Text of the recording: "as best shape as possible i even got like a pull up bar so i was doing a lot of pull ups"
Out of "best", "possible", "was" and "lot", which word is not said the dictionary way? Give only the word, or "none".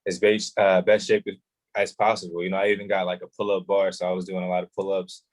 possible